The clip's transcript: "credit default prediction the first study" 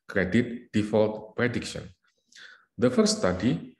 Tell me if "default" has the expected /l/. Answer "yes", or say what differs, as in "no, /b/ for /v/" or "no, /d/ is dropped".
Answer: yes